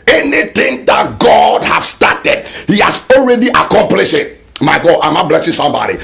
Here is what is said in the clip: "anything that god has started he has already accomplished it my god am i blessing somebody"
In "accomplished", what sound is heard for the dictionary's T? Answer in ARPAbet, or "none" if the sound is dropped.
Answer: none